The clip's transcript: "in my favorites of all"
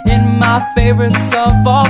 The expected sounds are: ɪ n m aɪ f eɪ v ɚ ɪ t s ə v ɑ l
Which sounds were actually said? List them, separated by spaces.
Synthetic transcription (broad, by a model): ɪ n m aɪ f eɪ v ɚ ɪ t s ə f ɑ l